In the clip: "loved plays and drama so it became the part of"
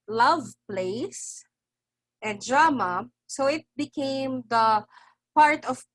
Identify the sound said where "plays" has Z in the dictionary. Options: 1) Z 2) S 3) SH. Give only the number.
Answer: 2